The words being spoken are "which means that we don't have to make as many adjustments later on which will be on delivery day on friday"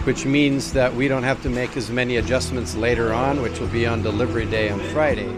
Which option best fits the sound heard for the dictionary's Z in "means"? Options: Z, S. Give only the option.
Z